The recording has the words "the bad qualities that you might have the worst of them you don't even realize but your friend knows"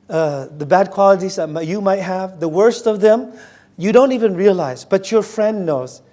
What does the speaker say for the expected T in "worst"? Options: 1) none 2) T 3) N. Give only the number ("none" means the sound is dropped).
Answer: 2